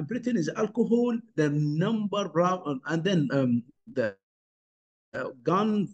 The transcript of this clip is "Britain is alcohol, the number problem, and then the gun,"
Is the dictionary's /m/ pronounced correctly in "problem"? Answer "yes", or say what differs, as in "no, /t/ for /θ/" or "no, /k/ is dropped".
no, /m/ is dropped